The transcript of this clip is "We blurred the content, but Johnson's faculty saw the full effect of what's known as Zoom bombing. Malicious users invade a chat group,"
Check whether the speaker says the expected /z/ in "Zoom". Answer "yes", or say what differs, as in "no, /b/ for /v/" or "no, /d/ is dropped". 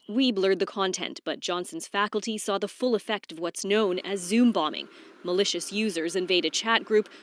yes